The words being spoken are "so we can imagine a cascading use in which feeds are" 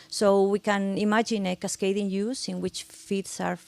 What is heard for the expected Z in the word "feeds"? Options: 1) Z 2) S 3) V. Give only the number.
2